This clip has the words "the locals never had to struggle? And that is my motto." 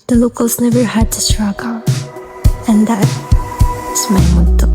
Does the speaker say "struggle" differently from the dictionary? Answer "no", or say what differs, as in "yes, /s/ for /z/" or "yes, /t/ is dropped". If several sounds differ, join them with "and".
yes, /n/ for /l/